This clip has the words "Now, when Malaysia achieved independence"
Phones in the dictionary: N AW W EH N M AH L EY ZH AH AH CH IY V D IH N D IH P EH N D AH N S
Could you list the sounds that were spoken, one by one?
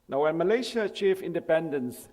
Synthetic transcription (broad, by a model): N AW W EH N M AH L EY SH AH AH CH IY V IH N D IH P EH N D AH N S